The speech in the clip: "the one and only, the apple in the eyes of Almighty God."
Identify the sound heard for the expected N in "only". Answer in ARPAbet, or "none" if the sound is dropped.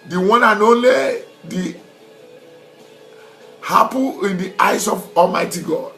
none